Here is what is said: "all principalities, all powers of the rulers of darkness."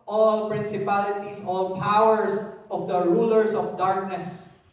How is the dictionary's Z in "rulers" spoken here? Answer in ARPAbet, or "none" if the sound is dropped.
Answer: S